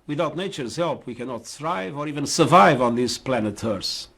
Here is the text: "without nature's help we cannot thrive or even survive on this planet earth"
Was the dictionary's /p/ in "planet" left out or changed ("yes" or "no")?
no